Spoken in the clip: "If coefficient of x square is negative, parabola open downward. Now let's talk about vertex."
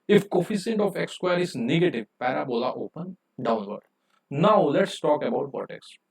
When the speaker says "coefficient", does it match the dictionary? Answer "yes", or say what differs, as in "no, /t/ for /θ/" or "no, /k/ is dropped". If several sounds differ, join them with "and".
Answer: no, /s/ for /ʃ/